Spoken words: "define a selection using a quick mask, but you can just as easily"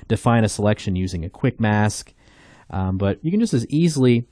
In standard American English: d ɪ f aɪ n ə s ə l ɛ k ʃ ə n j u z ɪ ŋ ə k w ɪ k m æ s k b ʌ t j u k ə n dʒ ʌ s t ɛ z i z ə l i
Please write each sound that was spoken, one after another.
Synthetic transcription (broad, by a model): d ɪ f aɪ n ə s ə l ɛ k ʃ ə n j u z ɪ ŋ ə k w ɪ k m æ s k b ʌ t j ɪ k ə n dʒ ʌ s t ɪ z i z l i